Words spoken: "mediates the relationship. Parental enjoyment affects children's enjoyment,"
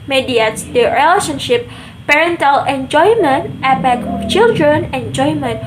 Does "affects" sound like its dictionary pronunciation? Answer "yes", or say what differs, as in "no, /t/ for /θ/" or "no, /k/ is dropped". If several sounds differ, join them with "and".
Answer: no, /p/ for /f/